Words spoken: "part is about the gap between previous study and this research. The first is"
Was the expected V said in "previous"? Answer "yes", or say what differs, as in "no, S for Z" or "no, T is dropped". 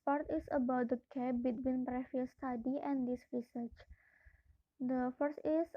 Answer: no, F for V